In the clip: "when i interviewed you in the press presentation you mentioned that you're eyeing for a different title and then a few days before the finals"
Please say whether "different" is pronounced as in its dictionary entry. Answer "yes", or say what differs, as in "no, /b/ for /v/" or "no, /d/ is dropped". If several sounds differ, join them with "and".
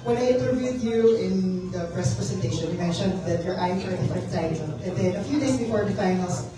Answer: no, /ɹ/ is dropped